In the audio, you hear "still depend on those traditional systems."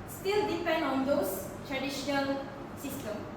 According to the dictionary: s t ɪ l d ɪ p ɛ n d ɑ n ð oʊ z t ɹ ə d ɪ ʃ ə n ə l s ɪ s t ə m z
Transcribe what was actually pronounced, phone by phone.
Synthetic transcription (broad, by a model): s t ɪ l d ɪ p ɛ n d ɑ n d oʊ s t ɹ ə d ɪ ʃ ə n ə l s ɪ s t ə m